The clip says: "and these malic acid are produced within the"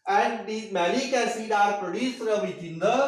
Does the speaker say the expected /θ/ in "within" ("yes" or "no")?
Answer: no